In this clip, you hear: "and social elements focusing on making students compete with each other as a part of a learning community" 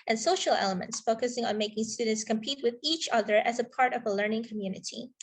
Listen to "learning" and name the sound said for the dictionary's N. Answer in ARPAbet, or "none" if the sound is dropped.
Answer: N